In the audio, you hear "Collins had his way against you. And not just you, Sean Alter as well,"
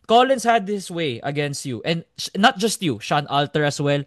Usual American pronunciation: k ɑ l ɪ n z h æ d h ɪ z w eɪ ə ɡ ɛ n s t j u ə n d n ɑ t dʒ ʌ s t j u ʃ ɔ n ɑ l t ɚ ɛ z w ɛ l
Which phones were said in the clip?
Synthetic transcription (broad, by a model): k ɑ l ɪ n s h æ d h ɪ s w eɪ ə ɡ ɛ n s t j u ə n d n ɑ t dʒ ʌ s t j u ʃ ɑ n ɑ l t ɚ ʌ s w ɛ l